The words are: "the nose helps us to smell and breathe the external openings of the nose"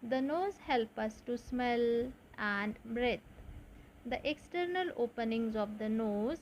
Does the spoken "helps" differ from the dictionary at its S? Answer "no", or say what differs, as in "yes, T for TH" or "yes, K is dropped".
yes, S is dropped